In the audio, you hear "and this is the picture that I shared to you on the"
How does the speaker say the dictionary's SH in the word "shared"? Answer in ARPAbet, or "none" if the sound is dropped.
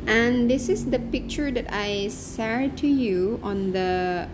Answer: S